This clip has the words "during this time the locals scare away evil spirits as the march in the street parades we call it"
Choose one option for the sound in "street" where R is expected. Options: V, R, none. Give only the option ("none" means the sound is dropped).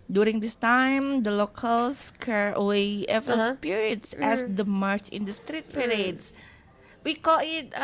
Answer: R